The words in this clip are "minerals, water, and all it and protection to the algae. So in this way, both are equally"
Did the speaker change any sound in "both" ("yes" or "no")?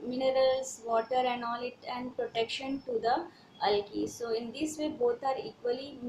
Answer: yes